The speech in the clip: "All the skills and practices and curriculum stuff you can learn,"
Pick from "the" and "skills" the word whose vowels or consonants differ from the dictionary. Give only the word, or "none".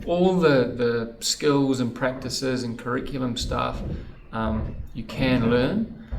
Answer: none